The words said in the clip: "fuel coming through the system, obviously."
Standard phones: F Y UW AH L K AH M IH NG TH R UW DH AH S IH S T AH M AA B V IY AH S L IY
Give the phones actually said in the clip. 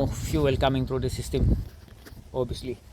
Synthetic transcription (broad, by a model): F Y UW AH L K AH M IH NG T R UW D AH S IH S T AH M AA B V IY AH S L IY